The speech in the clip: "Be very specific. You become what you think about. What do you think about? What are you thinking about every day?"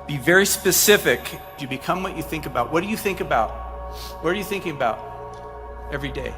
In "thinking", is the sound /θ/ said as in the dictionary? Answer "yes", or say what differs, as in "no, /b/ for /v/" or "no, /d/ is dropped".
yes